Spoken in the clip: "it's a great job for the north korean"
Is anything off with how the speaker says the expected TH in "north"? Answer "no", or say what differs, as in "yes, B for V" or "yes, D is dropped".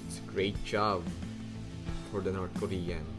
yes, T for TH